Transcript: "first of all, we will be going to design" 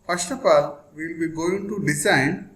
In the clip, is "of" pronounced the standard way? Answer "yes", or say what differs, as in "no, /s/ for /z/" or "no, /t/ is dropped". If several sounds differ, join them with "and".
no, /p/ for /v/